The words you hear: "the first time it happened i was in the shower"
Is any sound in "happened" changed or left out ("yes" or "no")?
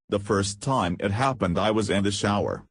no